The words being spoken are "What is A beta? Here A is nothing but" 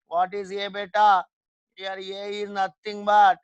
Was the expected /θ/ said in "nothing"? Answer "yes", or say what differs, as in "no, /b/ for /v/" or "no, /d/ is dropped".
no, /t/ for /θ/